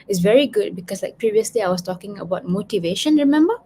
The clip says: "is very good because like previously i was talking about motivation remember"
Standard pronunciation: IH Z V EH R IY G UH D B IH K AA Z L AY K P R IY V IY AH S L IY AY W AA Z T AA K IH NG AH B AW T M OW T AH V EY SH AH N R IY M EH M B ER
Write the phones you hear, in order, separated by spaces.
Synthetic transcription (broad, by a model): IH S V EH R IY G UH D B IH K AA S L AY K P R IY V IY AH S L IY AY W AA S T AA K IH NG AH B AW T M OW T AH V EY SH AH N R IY M EH M B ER